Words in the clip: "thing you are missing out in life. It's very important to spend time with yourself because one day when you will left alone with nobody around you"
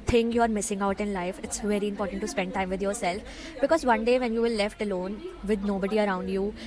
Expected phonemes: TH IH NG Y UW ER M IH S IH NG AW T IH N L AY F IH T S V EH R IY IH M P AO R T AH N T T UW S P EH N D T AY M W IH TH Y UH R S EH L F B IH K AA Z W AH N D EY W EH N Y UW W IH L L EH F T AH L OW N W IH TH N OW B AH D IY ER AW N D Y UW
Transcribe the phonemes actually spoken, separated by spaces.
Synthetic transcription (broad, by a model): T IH NG Y UW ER M IH S IH NG AW T IH N L AY F IH T S V EH R IY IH M P AO R T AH N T T UW S P EH N D T AY M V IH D Y UH R S EH L F B IH K AA Z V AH N D EY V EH N Y UW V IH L L EH F T AH L OW N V IH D N OW B AH D IY ER AW N D Y UW